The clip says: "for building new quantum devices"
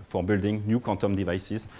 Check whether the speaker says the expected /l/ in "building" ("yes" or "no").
yes